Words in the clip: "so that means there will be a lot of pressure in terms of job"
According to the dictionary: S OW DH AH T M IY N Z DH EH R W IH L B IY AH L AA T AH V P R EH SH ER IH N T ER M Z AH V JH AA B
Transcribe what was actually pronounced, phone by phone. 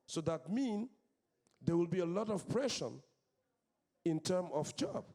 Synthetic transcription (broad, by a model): S OW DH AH T M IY N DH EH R W IH L B IY AH L AA T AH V P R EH SH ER IH N T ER M AH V JH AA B